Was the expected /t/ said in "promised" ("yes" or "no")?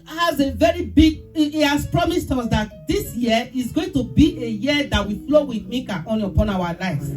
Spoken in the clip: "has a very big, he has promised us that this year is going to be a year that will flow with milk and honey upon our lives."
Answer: yes